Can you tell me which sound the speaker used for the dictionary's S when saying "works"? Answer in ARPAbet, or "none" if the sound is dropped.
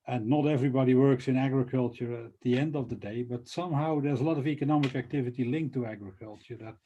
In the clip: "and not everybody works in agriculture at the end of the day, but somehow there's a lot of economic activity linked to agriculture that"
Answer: S